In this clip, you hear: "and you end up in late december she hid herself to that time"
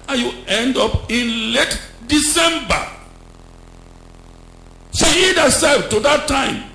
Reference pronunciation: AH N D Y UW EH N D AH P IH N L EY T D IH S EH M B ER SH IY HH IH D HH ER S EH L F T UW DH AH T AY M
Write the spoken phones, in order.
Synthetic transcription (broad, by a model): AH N Y UW EH N D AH P IH N L EY T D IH S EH M B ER S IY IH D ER S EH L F T UW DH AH T AY M